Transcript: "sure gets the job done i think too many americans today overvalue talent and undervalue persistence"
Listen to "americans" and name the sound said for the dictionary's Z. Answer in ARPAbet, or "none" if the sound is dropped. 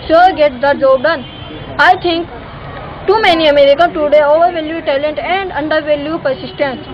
none